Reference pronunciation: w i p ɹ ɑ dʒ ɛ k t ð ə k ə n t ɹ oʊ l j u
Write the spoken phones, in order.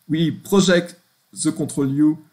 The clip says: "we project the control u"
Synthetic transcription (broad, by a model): w i p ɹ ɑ ʒ ɛ k t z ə k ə t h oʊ l j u